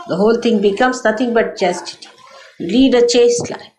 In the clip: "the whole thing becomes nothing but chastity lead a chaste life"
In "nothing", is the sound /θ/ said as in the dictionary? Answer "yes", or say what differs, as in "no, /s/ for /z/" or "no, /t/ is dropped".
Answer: no, /t/ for /θ/